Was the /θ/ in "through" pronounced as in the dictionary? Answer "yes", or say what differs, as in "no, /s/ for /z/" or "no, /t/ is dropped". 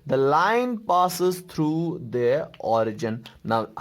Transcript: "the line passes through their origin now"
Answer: no, /t/ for /θ/